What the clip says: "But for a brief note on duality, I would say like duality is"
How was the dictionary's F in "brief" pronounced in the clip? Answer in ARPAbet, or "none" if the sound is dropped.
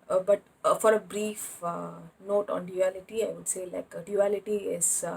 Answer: F